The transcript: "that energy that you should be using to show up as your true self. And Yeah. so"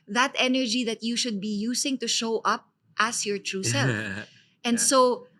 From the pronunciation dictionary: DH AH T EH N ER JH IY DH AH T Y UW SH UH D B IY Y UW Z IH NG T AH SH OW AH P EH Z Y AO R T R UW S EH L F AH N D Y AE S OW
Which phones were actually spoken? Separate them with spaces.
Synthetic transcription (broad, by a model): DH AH T EH N ER JH IY DH AH T Y UW SH UH D B IY Y UW S IH NG T AH SH OW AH P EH S Y AO R T R UW S EH L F AH N D S OW